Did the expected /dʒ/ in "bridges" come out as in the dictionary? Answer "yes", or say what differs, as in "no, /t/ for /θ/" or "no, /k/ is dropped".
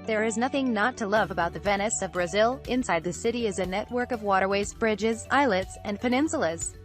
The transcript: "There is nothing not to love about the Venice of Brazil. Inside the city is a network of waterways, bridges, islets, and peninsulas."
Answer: yes